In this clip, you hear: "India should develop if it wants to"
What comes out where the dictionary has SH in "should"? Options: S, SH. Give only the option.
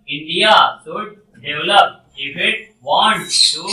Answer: S